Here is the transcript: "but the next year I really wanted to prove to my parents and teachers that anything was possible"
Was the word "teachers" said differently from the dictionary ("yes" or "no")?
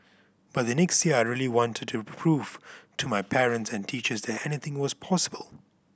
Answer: no